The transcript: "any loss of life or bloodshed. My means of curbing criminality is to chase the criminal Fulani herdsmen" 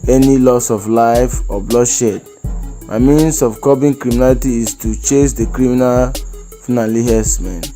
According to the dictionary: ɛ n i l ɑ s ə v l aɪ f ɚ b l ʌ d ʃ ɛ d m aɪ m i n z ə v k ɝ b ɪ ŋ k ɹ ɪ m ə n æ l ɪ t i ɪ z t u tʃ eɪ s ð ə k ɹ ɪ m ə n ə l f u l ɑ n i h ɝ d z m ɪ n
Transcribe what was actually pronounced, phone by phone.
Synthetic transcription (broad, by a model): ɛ n i l ɑ s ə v l aɪ f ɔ b l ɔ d ʃ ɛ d m aɪ m i n s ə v k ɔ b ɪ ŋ k ɹ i m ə n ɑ l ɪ t i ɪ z t u tʃ eɪ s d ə k ɹ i m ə n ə l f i n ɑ l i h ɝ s m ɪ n